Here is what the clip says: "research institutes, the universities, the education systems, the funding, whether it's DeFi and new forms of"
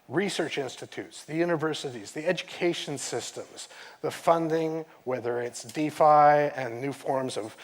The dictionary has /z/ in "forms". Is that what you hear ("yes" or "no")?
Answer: yes